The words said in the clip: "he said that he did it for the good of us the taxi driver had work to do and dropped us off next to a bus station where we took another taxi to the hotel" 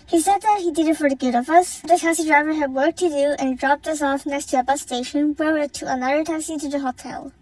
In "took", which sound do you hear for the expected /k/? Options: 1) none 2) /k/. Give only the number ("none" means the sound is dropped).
1